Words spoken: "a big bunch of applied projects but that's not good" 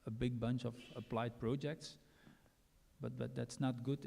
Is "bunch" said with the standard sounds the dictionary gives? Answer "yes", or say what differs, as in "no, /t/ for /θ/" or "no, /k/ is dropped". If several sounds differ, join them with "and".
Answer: yes